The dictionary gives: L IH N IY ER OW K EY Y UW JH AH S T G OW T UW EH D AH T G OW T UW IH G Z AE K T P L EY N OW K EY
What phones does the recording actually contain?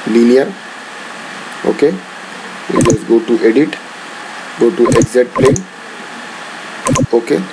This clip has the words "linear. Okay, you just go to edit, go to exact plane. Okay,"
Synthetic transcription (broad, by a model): L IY N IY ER OW K EY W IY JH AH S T G OW T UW EH D AH T G OW T UW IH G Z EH T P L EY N OW K EY